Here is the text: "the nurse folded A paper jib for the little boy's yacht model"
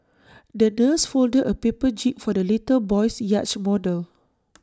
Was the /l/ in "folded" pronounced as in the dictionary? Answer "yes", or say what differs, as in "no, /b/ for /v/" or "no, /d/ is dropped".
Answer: yes